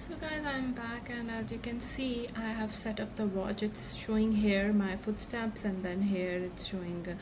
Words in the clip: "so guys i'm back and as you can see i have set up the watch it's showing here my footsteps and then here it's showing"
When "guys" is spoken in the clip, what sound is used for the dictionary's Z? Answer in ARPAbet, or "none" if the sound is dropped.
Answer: Z